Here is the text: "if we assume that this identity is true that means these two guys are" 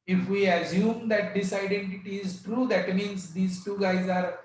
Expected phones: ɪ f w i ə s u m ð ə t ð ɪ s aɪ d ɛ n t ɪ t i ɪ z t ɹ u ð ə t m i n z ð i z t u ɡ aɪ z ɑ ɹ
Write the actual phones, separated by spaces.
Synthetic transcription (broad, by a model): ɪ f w i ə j u m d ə t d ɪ s aɪ d ɛ n t ɪ t i ɪ z t ɹ u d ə t m i n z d i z t u ɡ aɪ z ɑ ɹ